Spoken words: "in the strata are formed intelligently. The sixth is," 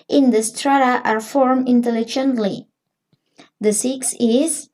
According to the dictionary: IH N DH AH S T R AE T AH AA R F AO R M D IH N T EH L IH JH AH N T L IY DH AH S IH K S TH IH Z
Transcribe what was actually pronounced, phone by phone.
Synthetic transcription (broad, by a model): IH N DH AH S T R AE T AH AA R F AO R M IH N T EH L IH JH AH N T L IY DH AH S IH K S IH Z